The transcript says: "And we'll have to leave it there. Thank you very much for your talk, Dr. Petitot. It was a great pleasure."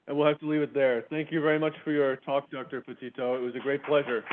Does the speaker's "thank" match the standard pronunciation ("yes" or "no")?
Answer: yes